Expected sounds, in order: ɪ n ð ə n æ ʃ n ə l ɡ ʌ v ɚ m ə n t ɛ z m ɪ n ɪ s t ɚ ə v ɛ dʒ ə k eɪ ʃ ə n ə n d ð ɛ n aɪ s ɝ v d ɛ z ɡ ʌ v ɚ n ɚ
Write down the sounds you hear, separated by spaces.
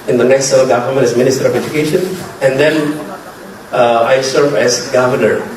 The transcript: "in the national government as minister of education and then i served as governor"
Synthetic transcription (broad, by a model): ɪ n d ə n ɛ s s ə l ɡ ʌ v ɚ m ə n t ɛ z m ɪ n ɪ s t ɚ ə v ɛ dʒ ə k eɪ ʃ ə n ə n d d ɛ n aɪ s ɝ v ɛ z ɡ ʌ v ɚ n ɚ